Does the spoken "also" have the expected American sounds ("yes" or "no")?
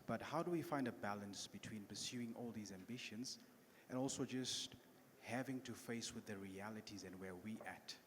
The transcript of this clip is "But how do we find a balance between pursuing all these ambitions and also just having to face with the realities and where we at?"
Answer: yes